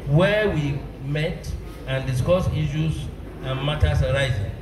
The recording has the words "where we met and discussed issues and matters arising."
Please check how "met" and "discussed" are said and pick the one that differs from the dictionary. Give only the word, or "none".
discussed